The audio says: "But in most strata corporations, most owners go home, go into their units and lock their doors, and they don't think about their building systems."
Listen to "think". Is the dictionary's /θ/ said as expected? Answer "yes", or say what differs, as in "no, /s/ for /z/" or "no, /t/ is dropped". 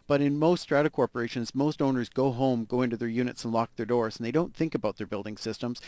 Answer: yes